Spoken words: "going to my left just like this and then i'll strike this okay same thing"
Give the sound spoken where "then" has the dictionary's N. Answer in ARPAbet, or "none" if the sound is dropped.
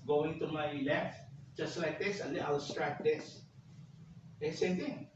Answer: none